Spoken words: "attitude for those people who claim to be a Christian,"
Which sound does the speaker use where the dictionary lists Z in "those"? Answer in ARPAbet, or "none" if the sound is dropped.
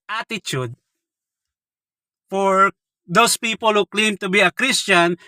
S